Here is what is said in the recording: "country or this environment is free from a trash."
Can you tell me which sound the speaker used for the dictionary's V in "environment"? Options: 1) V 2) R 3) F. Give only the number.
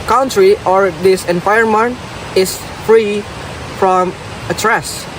3